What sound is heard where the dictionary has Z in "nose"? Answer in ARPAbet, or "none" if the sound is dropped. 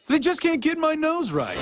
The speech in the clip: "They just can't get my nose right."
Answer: Z